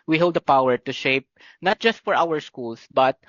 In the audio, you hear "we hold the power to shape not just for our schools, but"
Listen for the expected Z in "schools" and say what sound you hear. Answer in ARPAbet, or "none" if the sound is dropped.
S